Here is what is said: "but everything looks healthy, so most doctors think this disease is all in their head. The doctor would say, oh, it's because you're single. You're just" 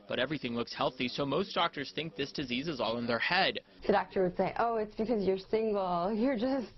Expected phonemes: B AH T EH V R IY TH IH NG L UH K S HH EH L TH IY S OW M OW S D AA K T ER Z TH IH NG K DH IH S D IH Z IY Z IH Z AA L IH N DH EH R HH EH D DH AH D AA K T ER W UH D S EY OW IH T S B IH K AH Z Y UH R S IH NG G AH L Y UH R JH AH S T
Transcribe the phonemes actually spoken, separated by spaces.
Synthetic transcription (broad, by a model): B AH T EH V R IY TH IH NG L UH K S HH EH L TH IY S OW M OW S D AA K T ER Z TH IH NG K DH IH S D IH Z IY Z IH Z AA L IH N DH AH R HH EH D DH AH D AA K T ER W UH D S EY OW IH T S B IH K AH Z Y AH R S IH NG G L Y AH R JH AH S T